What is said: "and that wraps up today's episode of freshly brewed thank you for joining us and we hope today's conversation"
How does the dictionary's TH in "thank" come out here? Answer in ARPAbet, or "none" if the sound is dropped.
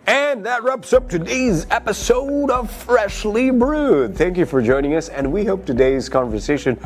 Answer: TH